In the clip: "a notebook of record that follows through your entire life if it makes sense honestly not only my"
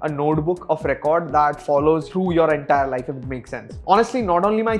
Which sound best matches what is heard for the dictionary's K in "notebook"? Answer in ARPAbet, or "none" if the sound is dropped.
K